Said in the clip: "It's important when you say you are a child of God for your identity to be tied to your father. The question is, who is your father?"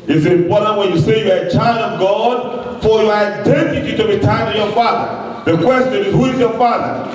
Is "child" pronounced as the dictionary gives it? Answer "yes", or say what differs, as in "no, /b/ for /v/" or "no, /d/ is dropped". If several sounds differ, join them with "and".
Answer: yes